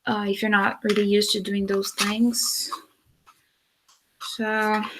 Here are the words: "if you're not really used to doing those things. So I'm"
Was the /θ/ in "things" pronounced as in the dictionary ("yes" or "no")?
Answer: yes